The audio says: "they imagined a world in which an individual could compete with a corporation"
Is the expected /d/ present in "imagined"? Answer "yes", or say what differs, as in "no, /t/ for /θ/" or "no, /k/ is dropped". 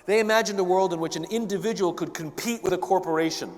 yes